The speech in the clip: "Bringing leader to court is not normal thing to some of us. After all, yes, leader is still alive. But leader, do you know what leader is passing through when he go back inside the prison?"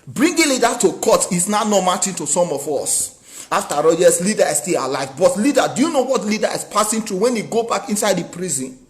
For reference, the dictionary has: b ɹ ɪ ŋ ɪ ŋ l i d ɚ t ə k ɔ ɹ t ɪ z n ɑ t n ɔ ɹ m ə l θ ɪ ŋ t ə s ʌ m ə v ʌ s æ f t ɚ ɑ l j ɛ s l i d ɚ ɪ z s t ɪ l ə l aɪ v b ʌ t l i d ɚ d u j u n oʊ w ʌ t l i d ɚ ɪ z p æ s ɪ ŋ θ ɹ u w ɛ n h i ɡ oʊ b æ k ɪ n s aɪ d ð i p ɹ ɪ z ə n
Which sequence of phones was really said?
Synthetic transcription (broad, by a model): b ɹ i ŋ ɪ l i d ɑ t ə k ɔ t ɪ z n ɑ n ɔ m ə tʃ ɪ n t ə s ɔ m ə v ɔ s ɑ f t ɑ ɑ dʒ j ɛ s l i d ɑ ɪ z s t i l ə l aɪ v b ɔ t l i d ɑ d u j u n oʊ w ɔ t l i d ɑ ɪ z p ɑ s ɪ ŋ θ ɹ u w ɛ n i ɡ oʊ b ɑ k ɪ n s aɪ d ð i p ɹ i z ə n